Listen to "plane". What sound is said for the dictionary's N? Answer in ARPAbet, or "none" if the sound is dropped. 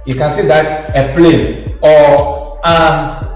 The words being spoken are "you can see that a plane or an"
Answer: none